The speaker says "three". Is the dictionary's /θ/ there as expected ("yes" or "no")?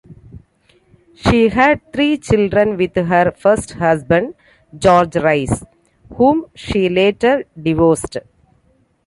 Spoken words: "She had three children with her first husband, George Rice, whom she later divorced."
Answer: no